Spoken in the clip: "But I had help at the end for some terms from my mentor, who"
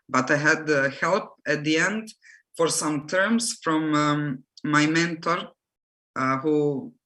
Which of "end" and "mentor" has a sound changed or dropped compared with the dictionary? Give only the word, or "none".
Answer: none